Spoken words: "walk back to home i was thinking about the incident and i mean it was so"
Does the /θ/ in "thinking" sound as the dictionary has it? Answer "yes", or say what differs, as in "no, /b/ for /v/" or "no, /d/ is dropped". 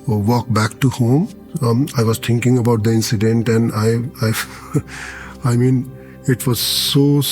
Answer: no, /t/ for /θ/